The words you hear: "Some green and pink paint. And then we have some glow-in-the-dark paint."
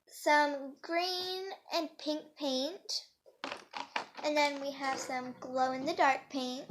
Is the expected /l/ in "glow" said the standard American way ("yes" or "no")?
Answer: yes